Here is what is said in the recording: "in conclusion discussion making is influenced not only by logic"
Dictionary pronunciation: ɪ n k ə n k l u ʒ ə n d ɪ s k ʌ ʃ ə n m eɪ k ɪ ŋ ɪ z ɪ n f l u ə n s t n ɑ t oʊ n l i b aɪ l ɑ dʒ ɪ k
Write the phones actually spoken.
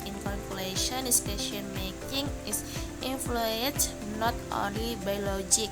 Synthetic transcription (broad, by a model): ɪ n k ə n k l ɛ ʃ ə n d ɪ s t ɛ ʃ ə n m eɪ k ɪ ŋ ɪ s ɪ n f l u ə n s n ɑ t oʊ n l i b aɪ l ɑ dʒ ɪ k